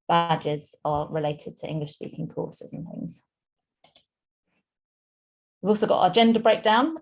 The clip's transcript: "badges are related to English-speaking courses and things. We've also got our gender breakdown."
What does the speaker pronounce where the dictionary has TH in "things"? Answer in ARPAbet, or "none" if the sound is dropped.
TH